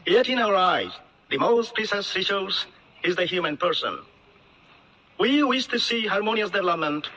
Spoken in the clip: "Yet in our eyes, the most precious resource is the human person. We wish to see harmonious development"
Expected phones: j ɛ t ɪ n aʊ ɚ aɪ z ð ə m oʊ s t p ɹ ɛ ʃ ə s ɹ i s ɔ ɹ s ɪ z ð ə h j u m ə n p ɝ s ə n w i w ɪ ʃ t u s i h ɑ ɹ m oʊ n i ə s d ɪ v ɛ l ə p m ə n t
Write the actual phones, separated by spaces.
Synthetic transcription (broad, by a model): j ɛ t ɪ n aʊ ɚ aɪ z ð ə m oʊ s t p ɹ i s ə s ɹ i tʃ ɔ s ɪ z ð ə h j u m ə n p ɝ s ə n w i w ɪ ʃ t u s i h ɑ ɹ m oʊ n i ə s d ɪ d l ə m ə n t